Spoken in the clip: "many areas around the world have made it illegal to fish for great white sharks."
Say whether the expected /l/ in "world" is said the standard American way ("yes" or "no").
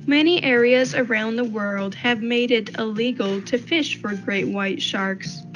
yes